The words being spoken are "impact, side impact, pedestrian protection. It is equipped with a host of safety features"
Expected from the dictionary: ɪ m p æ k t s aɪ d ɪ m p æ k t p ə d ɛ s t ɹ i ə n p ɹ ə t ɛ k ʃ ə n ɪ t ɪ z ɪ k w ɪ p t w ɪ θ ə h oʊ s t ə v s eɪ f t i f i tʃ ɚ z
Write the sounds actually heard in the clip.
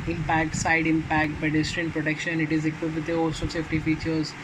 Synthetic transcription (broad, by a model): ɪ m p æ k t s aɪ d ɪ m p æ k t b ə d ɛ s t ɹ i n p ɹ ə t ɛ k ʃ ə n ɪ t ɪ z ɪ k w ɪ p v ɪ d ə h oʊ s ə s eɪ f t i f i tʃ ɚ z